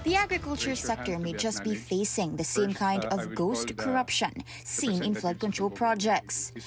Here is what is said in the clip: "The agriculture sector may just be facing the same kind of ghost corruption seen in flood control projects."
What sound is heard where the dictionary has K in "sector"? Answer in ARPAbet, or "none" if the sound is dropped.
K